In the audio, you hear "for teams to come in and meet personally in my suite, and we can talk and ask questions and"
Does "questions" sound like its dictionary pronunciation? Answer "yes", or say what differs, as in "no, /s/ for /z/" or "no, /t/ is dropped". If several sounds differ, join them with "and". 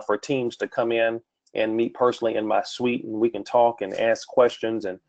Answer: yes